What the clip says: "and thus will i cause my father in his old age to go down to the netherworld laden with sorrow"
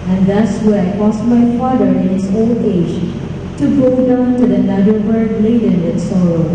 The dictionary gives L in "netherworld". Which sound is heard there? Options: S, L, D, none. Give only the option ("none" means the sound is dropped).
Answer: none